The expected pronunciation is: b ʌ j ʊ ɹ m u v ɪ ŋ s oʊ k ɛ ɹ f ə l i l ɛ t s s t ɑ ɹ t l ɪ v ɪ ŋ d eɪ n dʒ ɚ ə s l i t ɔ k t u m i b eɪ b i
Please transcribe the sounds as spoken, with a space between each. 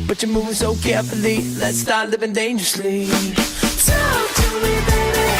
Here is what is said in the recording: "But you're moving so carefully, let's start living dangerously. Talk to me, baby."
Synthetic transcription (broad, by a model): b ʌ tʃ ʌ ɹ m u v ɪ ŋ s oʊ k ɛ ɹ f ə l i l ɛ t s s t ɑ ɹ t l ɪ v ɪ ŋ d eɪ n dʒ ɚ ə s l i s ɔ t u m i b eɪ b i